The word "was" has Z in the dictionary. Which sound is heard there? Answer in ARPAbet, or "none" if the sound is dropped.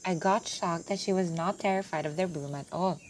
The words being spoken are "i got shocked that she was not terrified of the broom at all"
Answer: Z